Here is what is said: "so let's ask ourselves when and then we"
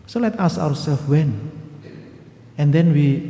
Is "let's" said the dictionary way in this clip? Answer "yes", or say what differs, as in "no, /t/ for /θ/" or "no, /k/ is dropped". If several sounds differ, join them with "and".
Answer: no, /s/ is dropped